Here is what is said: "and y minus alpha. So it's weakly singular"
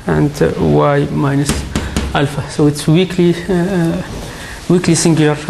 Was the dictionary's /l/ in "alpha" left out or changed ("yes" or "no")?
no